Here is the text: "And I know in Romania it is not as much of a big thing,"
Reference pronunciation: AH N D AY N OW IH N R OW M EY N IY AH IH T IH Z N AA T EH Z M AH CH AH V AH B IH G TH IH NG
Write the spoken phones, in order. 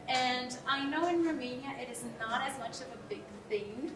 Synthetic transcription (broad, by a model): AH N AY N OW IH N R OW M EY N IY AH IH T IH Z N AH T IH Z M AH CH AH V AH B IH G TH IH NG